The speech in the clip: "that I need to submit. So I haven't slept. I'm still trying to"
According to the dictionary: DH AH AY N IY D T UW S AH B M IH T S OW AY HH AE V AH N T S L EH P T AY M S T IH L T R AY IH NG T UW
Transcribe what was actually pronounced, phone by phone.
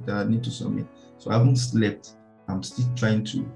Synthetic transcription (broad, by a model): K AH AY N IY D T UW S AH M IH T S OW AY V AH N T S L EH P T AY M S T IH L T R AY IH NG T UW